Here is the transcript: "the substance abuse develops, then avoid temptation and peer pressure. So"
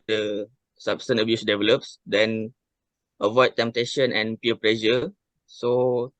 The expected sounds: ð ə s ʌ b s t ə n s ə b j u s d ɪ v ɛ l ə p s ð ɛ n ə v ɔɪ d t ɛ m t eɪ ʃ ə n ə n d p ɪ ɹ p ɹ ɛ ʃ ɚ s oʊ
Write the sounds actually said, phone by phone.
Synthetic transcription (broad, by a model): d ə s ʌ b s t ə n ə b j u s d ɪ v ɛ l ə p s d ɛ n ə v ɔɪ d t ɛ m t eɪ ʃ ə n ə n p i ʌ p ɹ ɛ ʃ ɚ s oʊ